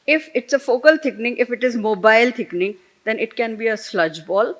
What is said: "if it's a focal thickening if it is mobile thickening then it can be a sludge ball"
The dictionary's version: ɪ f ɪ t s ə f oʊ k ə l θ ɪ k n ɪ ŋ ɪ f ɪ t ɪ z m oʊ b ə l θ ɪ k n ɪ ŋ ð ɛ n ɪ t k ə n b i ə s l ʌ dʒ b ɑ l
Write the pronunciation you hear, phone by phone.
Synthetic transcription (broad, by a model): ɪ f ɪ t s ə f oʊ k ə l t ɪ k n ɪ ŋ ɪ f ɪ t ɪ z m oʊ b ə l t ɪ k n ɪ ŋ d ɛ n ɪ t k ə n b i ə s l ʌ dʒ b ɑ l